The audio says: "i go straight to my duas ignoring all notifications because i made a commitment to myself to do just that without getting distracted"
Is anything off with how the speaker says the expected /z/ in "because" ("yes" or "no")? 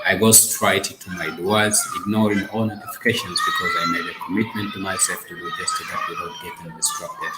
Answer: no